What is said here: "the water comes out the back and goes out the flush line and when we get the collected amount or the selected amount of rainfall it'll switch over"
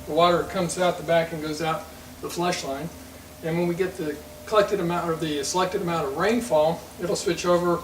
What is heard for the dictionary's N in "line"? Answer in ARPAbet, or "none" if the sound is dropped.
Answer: N